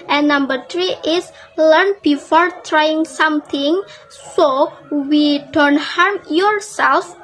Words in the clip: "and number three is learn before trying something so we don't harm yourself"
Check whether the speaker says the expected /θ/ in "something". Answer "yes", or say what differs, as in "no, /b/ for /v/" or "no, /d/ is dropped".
no, /t/ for /θ/